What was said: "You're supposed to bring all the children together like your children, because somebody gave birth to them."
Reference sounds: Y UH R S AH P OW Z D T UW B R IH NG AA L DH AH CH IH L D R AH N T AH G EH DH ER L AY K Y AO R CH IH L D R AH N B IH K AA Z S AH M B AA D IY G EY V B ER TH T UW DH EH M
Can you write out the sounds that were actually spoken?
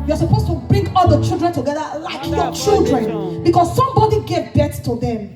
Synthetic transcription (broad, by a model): Y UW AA S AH P OW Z T UW B R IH NG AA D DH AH CH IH L D R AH N T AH G EH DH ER L AY K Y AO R CH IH L D R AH N B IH K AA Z S AH M B AA D IY G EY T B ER T T UW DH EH M